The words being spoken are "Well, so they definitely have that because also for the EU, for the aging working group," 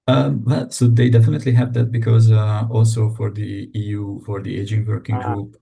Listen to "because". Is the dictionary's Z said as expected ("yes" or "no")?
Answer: yes